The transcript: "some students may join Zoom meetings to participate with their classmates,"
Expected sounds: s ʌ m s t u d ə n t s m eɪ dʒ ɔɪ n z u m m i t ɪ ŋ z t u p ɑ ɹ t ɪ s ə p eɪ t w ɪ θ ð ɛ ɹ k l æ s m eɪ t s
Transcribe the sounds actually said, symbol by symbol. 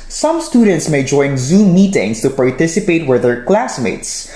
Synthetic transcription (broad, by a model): s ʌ m s t u d ə n t s m eɪ dʒ ɔɪ n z u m m i t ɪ ŋ s t u p ɑ ɹ t ɪ s ə p eɪ t w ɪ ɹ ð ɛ ɹ k l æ s m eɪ t s